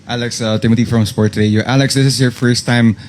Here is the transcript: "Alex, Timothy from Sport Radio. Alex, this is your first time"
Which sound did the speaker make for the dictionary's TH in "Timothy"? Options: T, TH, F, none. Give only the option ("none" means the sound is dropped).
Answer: T